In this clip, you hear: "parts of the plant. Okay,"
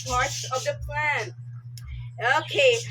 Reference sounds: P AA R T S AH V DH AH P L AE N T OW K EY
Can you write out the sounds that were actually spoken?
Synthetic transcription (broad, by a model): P AA R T S AH V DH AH P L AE N OW K EY